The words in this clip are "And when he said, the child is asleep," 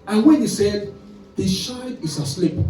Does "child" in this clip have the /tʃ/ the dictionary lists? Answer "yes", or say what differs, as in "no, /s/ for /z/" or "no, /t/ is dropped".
no, /ʃ/ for /tʃ/